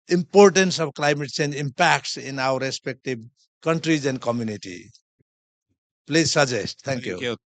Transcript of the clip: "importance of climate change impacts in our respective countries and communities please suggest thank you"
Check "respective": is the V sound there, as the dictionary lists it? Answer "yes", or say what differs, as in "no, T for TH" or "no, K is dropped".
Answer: no, B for V